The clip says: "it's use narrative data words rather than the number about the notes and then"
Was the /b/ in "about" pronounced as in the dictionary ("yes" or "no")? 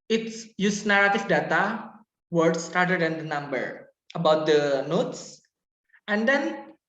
yes